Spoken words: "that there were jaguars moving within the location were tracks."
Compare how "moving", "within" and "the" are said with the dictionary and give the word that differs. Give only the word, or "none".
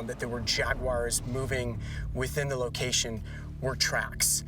none